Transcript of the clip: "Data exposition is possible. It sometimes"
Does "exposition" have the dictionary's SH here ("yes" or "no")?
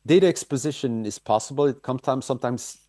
yes